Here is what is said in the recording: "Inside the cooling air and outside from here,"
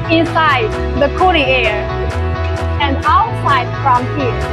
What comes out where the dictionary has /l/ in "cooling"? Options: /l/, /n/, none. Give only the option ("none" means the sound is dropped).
/n/